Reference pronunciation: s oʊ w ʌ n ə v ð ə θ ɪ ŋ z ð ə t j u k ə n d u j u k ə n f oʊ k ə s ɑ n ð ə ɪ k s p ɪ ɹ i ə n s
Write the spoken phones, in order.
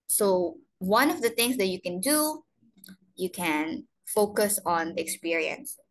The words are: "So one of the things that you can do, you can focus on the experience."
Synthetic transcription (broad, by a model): s oʊ w ʌ n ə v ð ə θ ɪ ŋ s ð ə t j u k ə n d u j u k ə n f oʊ k ə s ɑ n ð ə k s p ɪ ɹ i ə n s